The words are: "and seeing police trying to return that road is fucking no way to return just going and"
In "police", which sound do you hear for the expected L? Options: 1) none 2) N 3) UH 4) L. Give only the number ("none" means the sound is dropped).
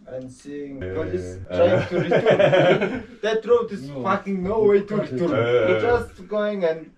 1